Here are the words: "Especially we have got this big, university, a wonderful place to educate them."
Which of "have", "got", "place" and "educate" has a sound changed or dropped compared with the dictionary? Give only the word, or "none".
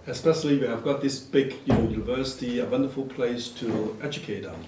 none